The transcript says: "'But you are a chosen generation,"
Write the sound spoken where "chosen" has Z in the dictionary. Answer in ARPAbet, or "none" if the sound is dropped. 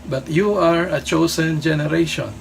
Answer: S